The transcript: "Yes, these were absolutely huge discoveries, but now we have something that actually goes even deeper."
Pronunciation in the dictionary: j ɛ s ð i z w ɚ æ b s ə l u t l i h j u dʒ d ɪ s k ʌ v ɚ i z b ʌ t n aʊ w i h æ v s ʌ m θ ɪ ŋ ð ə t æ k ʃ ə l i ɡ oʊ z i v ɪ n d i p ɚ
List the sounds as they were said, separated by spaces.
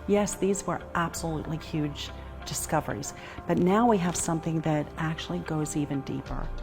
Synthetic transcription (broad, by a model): j ɛ s ð i z w ɚ æ b s ə l u t l i h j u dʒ d ɪ s k ʌ v ɚ i z b ʌ t n aʊ w i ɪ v s ʌ m θ ɪ ŋ ð ə t æ k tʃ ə l i ɡ oʊ z i v ɪ n d i p ɚ